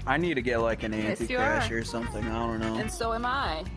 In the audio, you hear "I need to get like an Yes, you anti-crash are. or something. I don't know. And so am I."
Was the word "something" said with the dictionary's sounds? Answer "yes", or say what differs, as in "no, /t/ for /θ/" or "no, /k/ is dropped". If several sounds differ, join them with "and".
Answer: yes